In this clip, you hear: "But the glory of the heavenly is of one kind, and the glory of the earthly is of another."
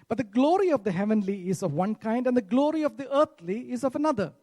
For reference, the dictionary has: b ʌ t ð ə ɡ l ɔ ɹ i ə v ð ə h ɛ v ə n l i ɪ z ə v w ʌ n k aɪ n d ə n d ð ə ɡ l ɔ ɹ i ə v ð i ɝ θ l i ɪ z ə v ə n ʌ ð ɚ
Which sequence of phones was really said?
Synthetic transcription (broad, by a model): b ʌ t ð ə ɡ l ɔ ɹ i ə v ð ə h ɛ v ə n l i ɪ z ə v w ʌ n k aɪ n d ə n d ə ɡ l ɔ ɹ i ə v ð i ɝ t l i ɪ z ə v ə n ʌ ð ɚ